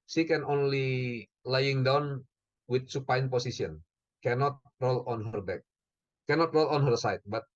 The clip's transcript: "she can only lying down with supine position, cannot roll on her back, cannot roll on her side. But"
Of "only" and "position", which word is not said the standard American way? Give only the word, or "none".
position